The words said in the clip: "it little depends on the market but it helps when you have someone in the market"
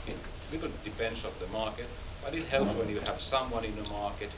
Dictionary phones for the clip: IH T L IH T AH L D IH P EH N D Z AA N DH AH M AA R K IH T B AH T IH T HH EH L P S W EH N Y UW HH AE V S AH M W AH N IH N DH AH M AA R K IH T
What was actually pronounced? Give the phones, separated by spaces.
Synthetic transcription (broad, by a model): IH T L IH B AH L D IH B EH N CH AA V DH AH M AA R K IH T B AH T IH T HH EH L P S W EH N Y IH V S AH M W AH N IH N DH AH M AA R K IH T